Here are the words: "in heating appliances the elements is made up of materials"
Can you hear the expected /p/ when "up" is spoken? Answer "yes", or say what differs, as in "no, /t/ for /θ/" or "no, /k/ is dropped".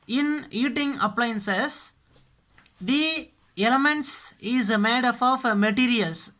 no, /f/ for /p/